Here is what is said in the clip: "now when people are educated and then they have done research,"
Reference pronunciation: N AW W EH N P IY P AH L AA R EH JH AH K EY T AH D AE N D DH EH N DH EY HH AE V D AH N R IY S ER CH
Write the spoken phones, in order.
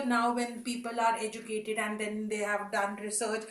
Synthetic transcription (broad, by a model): N AW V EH N P IY P AH L AA R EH JH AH K EY T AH D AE N D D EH N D EY HH AE V D AH N R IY S ER CH